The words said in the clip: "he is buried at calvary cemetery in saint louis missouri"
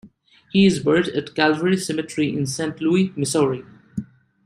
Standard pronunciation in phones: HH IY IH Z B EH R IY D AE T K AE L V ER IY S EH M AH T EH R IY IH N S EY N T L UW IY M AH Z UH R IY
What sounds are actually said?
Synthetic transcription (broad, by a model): HH IY IH Z B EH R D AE T K AE L V ER IY S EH M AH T R IY IH N S EY N T L UW IY M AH S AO R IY